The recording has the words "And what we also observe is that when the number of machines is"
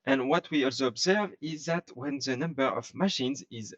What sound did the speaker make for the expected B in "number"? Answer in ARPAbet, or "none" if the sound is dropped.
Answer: B